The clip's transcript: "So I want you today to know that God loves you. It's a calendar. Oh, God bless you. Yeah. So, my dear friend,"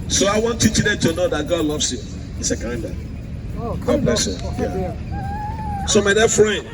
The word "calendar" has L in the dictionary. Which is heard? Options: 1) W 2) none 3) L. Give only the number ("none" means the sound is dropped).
2